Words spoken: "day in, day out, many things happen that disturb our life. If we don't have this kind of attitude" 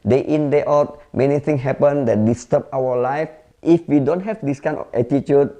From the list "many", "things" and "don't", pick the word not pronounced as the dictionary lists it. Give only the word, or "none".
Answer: things